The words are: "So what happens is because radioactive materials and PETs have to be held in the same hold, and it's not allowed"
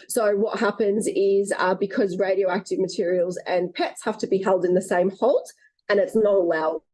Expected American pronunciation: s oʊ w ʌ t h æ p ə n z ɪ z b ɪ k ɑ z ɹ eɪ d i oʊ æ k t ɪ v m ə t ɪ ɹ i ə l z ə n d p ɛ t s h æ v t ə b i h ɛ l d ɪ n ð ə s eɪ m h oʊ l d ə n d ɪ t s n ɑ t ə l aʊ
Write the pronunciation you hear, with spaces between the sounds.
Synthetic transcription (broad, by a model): s oʊ w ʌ t h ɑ p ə n z ɪ z b ɪ k ɑ z ɹ eɪ d i oʊ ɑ k t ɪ v m ə t ɪ ɹ i ə l z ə n p ɛ t s h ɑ f t ə b i h ɛ l d ɪ n ð ə s eɪ m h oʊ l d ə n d ɪ t s n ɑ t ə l